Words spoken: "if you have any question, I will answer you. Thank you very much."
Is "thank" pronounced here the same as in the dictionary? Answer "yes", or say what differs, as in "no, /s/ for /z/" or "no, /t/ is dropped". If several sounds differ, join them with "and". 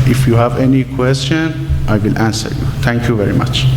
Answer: no, /t/ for /θ/